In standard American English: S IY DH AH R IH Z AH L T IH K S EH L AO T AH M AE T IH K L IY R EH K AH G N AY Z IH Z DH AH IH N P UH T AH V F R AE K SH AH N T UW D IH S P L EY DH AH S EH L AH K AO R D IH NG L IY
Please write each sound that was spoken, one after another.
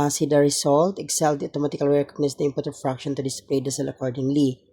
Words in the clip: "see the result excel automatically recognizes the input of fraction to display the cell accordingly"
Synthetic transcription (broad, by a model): S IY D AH R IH S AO L T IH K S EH L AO T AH M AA T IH K L R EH K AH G N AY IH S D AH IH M P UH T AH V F R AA K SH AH N T UW D IH S P L EY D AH S EH L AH K AO R D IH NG L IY